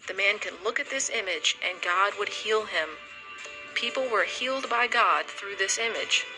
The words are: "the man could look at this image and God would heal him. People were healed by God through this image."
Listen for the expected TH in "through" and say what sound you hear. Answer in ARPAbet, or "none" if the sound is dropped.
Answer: TH